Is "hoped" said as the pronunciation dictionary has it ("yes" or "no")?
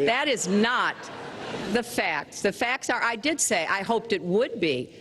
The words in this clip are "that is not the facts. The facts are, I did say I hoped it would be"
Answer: yes